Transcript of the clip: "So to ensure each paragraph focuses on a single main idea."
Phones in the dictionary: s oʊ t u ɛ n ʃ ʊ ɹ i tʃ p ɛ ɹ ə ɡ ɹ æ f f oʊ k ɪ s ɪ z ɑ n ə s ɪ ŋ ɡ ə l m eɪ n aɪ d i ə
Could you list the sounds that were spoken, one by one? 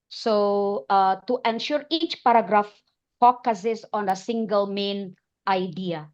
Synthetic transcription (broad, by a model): s oʊ t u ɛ n ʃ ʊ ɹ i tʃ p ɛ ɹ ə ɡ ɹ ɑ f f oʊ k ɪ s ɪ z ɑ n ə s ɪ ŋ ɡ ə l m eɪ n aɪ d i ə